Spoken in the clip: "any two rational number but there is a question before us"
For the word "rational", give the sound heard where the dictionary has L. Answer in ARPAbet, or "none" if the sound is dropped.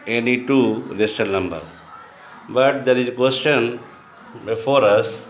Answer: N